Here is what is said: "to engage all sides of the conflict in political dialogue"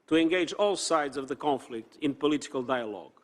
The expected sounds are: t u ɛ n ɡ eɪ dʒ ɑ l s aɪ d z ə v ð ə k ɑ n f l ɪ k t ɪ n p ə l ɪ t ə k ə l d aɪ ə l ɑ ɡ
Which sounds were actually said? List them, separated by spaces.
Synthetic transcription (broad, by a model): t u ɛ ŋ ɡ eɪ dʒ ɑ l s aɪ d z ə v ð ə k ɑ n f l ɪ k t ɪ n p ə l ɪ t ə k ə l d aɪ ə l ɑ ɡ